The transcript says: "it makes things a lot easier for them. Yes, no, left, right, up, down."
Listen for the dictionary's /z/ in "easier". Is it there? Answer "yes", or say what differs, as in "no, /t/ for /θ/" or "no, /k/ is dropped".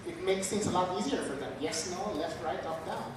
yes